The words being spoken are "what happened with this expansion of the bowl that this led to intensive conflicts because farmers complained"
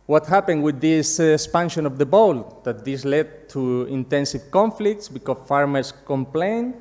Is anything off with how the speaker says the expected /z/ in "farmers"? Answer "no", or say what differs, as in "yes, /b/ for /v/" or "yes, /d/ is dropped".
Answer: yes, /s/ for /z/